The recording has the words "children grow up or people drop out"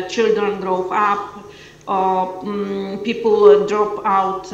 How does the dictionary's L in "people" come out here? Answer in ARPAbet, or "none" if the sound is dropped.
L